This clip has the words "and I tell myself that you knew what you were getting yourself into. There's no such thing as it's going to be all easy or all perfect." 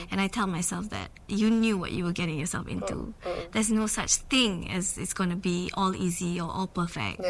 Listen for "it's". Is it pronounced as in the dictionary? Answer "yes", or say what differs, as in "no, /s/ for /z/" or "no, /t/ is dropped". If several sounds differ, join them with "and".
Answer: yes